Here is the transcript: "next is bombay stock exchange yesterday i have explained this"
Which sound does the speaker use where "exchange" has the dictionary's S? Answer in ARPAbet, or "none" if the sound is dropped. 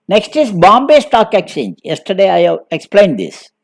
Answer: none